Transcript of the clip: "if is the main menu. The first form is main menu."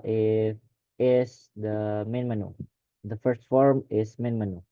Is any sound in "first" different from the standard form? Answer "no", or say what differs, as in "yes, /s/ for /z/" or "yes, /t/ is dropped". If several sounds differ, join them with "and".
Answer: no